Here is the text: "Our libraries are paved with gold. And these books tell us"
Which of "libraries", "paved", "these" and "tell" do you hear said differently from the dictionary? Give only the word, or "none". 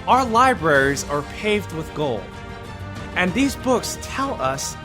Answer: none